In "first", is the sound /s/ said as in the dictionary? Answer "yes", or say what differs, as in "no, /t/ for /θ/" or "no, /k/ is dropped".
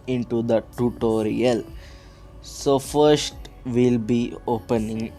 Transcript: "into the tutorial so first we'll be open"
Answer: yes